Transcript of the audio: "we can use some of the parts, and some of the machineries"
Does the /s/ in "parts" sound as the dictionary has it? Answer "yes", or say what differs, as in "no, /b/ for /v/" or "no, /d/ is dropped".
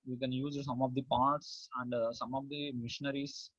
yes